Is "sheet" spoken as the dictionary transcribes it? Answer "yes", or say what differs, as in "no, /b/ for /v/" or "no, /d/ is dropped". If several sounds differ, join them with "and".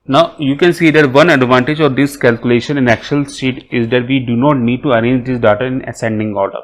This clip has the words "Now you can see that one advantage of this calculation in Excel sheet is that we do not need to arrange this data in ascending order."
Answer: no, /s/ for /ʃ/